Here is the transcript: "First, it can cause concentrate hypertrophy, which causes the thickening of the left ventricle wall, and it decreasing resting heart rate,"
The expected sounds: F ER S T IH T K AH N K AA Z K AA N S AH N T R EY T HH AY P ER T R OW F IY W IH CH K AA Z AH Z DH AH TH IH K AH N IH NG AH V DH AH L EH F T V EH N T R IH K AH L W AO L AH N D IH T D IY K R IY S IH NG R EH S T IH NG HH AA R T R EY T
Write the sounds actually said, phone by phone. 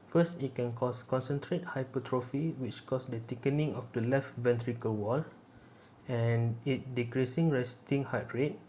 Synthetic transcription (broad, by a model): F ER S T IH T K AH N K AA S K AA N S AH N T R EY T HH AY P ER T R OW F IY W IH CH K AA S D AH T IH K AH N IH NG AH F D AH L EH F T V EH N T R IH K AH L W AO L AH N IH T D IY K R IY S IH NG R EH S T IH NG HH AA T R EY T